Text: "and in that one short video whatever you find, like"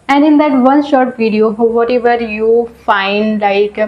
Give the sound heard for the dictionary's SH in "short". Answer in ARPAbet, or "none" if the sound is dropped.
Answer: SH